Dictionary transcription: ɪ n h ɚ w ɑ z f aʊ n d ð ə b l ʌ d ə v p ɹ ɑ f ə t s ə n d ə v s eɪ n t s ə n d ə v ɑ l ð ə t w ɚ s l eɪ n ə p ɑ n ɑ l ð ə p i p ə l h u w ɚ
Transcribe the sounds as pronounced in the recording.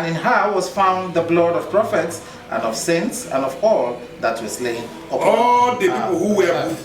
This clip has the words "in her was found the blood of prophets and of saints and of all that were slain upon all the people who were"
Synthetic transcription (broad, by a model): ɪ n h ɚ w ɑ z f aʊ n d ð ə b l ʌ d ə v p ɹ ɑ f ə t s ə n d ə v s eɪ n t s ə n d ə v ɑ l ð ə t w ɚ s l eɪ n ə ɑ ɑ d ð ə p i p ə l h u w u